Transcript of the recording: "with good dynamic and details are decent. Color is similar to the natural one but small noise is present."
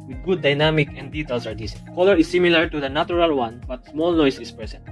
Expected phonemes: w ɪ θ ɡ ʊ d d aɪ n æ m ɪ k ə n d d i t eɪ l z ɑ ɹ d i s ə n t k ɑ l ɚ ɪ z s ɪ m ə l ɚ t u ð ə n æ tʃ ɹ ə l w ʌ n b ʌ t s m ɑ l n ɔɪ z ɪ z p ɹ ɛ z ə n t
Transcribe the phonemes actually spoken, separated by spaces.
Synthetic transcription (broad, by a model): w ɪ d ɡ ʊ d d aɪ n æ m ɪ k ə n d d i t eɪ l s ɑ ɹ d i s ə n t k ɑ l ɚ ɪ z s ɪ m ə l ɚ t u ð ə n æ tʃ ɹ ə l w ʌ n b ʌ t s m ɑ l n ɔɪ s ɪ s p ɹ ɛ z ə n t